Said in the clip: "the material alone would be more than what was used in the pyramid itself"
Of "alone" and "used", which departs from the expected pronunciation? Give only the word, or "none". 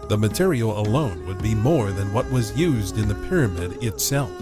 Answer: none